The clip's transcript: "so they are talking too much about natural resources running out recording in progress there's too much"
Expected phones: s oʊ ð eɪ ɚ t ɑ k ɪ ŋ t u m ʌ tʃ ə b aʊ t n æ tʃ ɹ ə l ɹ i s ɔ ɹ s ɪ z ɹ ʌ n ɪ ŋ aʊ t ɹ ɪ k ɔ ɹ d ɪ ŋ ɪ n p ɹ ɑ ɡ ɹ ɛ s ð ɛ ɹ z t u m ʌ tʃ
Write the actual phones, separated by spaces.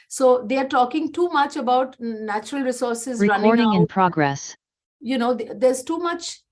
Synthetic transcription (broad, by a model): s oʊ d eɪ ɚ t ɑ k ɪ ŋ t u m ʌ tʃ ə b aʊ t n æ tʃ ɹ ə l ɹ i s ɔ ɹ s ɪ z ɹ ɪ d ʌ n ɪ ɔ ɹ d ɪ ŋ ɪ n p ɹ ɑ ɡ ɹ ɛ s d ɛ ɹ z t u m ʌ tʃ